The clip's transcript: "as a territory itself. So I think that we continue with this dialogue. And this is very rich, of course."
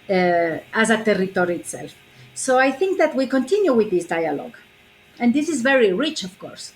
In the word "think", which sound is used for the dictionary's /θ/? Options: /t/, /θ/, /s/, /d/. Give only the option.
/θ/